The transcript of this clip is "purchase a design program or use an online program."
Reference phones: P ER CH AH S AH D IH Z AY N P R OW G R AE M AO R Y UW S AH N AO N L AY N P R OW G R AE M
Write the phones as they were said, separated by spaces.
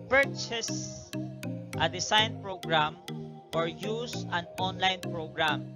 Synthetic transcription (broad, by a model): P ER CH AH S AH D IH S AY N P R OW G R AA M AO R Y UW S AH N AO N L AY N P R OW G R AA M